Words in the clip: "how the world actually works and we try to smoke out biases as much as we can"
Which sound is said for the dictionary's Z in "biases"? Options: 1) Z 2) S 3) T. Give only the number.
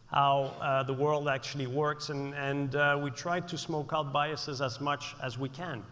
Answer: 1